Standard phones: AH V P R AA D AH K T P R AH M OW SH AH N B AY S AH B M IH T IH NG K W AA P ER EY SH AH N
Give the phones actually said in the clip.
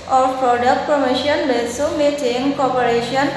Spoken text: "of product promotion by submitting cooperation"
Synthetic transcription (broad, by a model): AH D P R AA D AH K T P R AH M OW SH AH N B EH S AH M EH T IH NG K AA P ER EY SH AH N